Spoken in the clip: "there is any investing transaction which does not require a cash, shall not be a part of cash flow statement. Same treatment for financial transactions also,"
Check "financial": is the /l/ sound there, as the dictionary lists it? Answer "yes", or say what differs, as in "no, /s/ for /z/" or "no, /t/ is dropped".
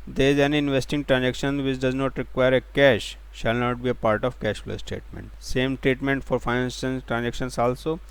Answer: no, /n/ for /l/